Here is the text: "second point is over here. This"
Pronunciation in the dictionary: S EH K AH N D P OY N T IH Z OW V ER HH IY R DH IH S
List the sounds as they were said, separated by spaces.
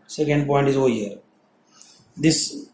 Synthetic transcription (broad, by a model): S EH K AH N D P OY N T IH Z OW ER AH R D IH S